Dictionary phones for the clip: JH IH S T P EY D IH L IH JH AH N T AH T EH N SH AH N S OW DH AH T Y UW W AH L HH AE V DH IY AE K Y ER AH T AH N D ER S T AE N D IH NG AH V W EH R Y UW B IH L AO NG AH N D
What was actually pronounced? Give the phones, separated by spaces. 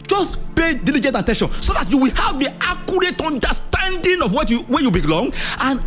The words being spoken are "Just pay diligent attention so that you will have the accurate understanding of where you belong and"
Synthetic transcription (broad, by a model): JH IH S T P EY D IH L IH JH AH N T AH T EH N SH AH N S OW DH AH T Y UW W AH L HH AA V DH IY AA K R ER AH T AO N D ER S T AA N D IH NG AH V W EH W Y UW B IH L AO NG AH N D